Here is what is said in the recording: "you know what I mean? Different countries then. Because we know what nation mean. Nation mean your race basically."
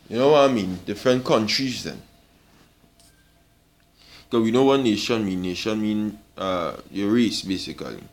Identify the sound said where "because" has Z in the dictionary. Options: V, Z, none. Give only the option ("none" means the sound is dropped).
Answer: none